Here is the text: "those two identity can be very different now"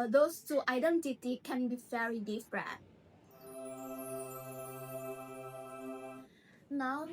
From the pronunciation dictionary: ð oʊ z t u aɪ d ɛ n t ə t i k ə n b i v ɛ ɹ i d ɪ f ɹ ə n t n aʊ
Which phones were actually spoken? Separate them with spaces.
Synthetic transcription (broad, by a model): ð oʊ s t u aɪ d ɛ n t ə t i k ə n b i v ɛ ɹ i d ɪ p ɹ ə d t n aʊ